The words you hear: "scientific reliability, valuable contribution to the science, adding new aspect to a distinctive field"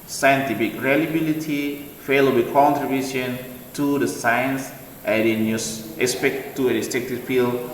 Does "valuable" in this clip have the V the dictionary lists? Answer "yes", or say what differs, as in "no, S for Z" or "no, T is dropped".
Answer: no, F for V